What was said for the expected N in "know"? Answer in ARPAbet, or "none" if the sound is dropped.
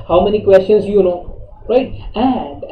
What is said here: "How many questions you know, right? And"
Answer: L